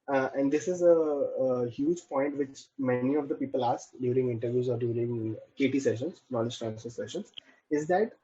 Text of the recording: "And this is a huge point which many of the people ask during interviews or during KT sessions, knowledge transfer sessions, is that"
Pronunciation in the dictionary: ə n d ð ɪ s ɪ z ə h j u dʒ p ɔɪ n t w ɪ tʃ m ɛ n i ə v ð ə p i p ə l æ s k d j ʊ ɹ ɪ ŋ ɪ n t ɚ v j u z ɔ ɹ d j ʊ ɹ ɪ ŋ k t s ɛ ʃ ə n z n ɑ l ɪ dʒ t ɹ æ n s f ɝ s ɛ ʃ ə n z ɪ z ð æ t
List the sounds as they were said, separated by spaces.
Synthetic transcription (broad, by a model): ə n d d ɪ s ɪ z ə h j u dʒ p ɔɪ n t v ɪ tʃ m ɛ n i ə v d ə p i p ə l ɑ s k d j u ɹ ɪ ŋ ɪ n t ɚ v j u z ɔ ɹ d j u ɹ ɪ ŋ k t s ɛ ʃ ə n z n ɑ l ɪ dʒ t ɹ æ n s ɝ s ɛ ʃ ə n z ɪ z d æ t